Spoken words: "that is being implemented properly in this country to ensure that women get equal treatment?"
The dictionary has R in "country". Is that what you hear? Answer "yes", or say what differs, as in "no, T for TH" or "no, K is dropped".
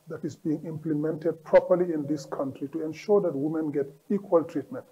yes